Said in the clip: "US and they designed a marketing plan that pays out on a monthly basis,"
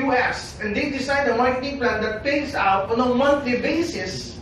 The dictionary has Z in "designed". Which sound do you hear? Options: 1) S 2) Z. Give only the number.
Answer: 1